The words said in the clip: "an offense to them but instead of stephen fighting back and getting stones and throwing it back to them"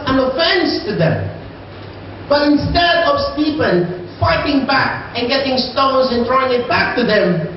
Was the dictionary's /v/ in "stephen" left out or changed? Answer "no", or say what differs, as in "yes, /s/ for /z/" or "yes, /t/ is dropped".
yes, /p/ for /v/